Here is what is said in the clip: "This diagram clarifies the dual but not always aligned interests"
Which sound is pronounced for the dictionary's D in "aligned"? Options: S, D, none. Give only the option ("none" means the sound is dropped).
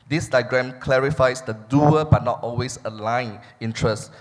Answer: none